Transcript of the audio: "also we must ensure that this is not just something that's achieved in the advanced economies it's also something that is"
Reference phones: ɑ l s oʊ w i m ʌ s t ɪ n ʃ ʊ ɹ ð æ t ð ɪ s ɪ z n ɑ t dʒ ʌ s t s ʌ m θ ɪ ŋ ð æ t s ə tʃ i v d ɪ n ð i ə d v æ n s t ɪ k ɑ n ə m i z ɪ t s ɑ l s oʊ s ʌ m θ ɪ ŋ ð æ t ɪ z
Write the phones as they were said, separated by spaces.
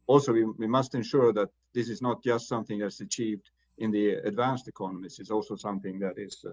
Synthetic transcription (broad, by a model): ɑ l s oʊ w i m ʌ s t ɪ n ʃ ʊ ɹ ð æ t ð ɪ s ɪ z n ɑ t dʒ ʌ s t s ʌ m θ ɪ ŋ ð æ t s ə tʃ i v d ɪ n ð i ə d v æ n s t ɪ k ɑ n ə m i s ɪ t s ɑ l s oʊ s ʌ m θ ɪ ŋ ð æ t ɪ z